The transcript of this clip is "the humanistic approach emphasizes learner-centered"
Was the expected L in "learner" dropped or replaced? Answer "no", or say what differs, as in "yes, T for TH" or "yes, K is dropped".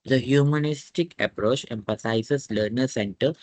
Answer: no